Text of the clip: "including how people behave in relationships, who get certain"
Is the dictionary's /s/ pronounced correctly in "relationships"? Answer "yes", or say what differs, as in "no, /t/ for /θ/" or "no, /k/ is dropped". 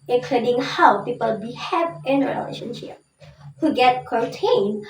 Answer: no, /s/ is dropped